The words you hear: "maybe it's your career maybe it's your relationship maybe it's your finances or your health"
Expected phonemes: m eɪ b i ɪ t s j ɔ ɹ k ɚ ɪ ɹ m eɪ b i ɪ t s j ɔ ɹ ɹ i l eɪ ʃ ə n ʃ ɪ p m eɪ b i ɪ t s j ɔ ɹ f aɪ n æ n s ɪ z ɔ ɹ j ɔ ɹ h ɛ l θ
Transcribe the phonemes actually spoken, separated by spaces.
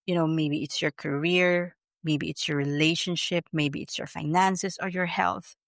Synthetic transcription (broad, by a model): m eɪ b i ɪ t s j ɔ ɹ k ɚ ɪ ɹ m eɪ b i ɪ t s j ɔ ɹ ɹ i l eɪ ʃ ə n ʃ ɪ p m eɪ b i ɪ t s j ɔ ɹ f aɪ n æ n s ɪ s ɔ ɹ j ɔ ɹ h ɛ l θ